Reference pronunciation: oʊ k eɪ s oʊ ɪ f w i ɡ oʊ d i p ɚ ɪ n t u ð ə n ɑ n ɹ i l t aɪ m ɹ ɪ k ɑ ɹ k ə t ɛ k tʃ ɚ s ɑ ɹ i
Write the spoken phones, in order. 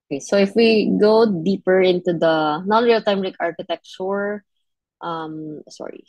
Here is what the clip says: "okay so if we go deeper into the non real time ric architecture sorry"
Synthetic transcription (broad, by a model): oʊ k eɪ s oʊ ɪ f w i ɡ oʊ d i p ɚ ɪ n t u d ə n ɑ ɹ i l t aɪ m l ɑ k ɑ ɹ k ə t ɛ k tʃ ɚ s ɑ ɹ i